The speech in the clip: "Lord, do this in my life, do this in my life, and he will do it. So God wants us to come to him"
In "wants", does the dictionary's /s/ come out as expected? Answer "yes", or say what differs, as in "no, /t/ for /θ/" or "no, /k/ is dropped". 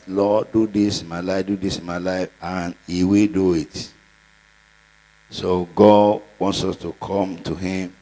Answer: yes